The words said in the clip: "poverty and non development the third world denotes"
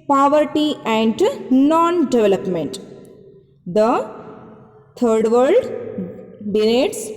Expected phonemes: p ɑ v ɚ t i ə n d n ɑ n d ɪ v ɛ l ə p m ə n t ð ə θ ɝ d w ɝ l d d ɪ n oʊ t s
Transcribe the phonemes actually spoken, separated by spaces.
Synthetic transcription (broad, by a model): p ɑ v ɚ t i ə n d n ɑ n d ɪ v ɛ l ə p m ə n t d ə t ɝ d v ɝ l d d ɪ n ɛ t s